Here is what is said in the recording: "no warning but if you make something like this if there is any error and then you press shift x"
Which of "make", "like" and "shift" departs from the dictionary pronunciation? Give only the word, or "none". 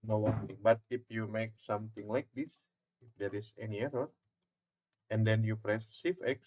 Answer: shift